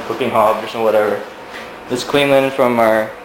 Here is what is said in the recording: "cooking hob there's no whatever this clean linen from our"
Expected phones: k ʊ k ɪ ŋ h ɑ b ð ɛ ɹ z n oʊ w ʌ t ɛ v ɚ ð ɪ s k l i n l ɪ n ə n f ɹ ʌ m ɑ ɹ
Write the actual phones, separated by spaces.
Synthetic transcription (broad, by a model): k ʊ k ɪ ŋ h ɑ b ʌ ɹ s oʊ w ʌ t ɛ v ɚ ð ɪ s k w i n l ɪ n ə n f ɹ ʌ m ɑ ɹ